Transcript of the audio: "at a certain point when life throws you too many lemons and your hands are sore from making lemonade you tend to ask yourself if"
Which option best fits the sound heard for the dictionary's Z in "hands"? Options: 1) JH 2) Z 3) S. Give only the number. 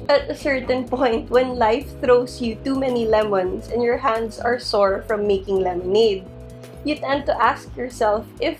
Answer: 3